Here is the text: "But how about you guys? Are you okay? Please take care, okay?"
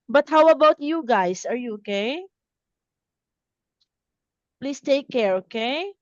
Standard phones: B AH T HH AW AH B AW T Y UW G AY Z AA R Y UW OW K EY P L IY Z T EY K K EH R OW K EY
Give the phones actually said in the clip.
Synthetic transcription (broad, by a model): B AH T HH AW AH B AW T Y UW G AY S AA R Y UW OW K EY P L IY S T EY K K EH R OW K EY